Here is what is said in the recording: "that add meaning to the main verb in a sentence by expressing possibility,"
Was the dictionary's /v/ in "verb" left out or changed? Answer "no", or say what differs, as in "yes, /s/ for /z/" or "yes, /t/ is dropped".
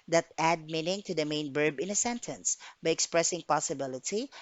yes, /b/ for /v/